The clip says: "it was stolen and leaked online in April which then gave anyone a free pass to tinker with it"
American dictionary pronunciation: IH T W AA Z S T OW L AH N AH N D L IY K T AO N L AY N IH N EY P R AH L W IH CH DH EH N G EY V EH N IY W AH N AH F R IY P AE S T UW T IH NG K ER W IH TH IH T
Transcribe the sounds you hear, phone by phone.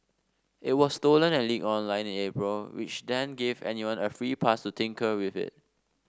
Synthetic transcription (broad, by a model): IH T W AA S T OW L AH N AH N L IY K AO N L AY N IH N EY P R AH L W IH CH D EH N G EY V EH N IY W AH N AH F R IY P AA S T UW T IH NG K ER W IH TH IH T